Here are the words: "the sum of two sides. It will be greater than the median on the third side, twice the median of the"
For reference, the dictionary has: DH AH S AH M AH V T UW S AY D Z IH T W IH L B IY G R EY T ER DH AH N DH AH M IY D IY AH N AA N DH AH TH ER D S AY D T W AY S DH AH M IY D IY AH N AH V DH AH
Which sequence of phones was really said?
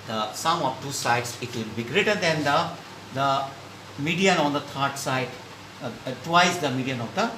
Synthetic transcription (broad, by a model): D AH S AH M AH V T UW S AY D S IH T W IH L B IY G R EY T ER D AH N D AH M IY D IY AH N AA N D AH T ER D S AY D T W AY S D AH M IY D IY AH N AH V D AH